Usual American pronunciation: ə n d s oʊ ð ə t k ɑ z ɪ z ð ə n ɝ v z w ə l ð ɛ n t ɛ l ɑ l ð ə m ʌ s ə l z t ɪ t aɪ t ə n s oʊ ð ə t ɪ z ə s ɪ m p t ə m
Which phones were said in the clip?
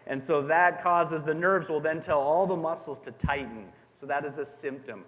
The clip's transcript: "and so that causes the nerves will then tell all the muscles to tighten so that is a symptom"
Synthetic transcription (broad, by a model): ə n s oʊ ð ə t k ɑ z ɪ z ð ə n ɝ v z w ə l ð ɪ n t ɛ l ɑ l ð ə m ʌ s l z t ɪ t aɪ t n s oʊ ð ə t ɪ z ə s ɪ m p t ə m